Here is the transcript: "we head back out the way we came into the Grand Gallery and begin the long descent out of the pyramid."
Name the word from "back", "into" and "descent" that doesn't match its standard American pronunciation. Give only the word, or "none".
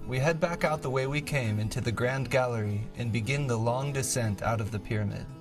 none